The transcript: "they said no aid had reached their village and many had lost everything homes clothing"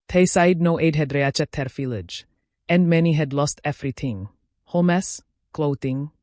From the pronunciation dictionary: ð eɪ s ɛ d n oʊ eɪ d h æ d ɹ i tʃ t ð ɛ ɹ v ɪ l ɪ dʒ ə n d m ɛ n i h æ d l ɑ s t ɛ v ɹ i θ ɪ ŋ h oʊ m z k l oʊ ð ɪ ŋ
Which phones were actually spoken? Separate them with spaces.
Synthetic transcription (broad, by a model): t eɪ s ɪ d n oʊ eɪ d h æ d ɹ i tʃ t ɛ ɹ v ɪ l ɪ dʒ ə n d m ɛ n i h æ d l ɑ s t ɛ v ɹ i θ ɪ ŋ h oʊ m s k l oʊ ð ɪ ŋ